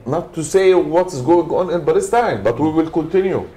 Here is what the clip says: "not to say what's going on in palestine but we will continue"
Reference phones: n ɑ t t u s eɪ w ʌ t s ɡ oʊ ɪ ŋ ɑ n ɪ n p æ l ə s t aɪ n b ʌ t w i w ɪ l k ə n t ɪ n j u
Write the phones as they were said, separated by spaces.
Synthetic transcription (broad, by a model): n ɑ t t u s eɪ w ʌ t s ɡ oʊ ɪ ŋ ɑ n ɪ n b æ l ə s t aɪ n b ʌ t w i w ɪ l k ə n t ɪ n j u